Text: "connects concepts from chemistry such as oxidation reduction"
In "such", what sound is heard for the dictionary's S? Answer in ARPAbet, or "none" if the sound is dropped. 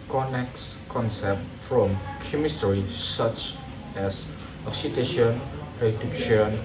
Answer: S